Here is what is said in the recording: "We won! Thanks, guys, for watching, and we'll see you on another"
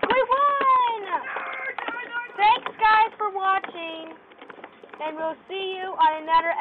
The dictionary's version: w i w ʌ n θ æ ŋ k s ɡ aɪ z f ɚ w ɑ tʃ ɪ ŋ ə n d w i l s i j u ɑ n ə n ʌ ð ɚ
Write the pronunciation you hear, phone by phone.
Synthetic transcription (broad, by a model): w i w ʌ n θ æ ŋ k s ɡ aɪ z f ɚ w ɑ tʃ ɪ ŋ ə n w i l s i j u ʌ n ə n ʌ ð ɚ